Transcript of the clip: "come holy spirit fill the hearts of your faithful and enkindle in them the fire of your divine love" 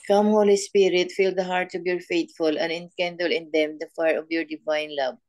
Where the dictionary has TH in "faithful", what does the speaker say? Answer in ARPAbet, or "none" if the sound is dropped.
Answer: T